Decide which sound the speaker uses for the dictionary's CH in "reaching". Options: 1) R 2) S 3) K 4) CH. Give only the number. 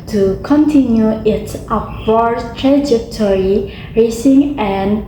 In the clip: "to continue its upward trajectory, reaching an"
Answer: 2